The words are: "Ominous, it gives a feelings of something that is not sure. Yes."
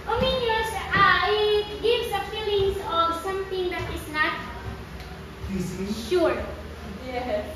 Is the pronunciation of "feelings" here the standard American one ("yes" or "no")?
no